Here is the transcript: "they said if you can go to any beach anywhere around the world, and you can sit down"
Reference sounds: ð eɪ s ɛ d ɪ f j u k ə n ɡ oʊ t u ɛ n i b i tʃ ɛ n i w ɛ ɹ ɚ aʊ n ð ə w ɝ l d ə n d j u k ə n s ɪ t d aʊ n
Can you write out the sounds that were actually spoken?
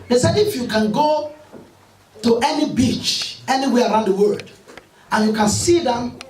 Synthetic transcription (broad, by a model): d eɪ s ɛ ɪ f j u k ə n ɡ oʊ t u ɛ n i b i tʃ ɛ n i w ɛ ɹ aʊ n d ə w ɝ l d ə n j u k ə n s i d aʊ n